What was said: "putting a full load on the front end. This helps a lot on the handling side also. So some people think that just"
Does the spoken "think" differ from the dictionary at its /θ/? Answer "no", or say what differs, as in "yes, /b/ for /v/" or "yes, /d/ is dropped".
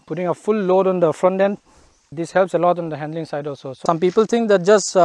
yes, /t/ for /θ/